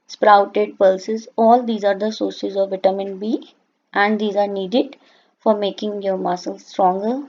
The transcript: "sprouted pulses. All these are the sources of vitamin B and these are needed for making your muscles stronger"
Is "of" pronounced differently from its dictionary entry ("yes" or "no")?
no